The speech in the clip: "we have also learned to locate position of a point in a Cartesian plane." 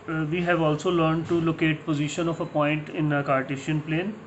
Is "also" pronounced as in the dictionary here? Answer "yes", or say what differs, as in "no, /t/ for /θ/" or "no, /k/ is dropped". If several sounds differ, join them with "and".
yes